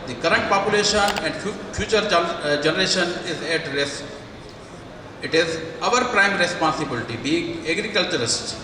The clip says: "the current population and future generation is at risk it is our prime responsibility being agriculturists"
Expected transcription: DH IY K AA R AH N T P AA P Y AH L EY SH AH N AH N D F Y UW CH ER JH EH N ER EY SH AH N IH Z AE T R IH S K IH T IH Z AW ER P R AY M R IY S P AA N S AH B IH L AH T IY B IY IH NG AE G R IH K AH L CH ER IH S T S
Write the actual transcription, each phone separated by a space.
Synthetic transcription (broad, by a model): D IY K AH R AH N T P AA P Y AH L EY SH AH N AH N D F Y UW CH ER JH EH N ER EY SH AH N IH Z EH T R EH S IH T IH Z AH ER P R AY M R IY S P AA N S AH B IH L AH T IY B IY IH NG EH G R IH K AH L CH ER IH S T